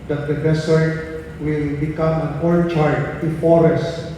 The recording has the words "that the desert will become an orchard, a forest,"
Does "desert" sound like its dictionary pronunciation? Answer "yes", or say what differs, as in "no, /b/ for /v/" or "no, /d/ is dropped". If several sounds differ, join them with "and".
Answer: no, /s/ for /z/